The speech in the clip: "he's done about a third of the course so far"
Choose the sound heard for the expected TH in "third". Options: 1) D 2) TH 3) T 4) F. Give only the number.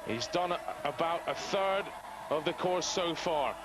2